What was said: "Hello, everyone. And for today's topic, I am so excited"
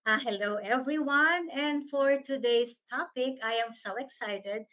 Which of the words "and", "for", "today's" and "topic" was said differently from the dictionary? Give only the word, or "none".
today's